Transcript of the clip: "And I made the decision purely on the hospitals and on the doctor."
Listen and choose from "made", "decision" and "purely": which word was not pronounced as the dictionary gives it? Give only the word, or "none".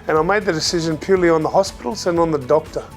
none